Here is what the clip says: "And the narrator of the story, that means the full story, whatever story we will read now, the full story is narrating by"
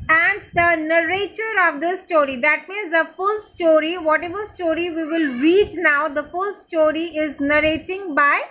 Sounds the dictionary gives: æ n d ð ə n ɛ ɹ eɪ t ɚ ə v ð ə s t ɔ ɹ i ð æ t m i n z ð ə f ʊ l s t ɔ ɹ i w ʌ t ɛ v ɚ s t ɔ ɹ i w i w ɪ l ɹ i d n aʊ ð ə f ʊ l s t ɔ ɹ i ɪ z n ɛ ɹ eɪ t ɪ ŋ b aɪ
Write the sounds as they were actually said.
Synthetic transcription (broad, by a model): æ n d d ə n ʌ ɹ eɪ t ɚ ə v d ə s t ɔ ɹ i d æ t m i n z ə f ʊ l s t ɔ ɹ i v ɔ t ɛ v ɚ s t ɔ ɹ i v i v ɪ l ɹ i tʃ n aʊ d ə f ʊ l s t ɔ ɹ i ɪ z n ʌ ɹ eɪ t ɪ ŋ b aɪ